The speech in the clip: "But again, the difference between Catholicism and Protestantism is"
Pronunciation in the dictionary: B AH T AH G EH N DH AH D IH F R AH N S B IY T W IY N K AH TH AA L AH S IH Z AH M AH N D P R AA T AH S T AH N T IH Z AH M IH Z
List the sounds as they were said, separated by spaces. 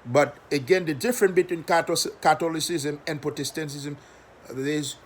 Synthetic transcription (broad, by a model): B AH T AH G EH N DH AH D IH F R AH N B IY T W IY N K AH T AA L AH S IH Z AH M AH N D P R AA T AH S T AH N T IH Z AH M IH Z